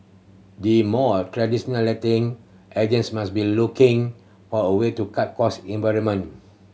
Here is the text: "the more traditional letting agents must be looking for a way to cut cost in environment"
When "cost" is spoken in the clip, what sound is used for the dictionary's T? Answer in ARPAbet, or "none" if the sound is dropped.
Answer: none